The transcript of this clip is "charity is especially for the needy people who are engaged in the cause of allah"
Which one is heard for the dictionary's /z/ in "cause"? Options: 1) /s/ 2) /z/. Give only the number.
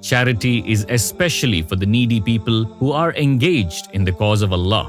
2